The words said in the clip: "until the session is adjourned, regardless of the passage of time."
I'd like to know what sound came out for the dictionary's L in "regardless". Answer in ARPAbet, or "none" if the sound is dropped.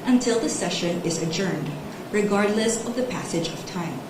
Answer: L